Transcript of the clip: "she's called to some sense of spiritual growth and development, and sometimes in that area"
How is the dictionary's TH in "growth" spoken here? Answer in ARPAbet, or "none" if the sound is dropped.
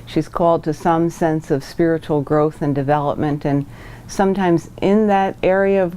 TH